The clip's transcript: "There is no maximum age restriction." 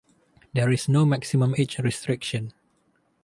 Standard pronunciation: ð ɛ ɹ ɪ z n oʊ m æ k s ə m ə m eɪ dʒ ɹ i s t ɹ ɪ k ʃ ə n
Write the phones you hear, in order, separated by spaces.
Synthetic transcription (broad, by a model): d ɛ ɹ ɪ s n oʊ m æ k s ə m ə m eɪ tʃ ɹ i s t ɹ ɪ k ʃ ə n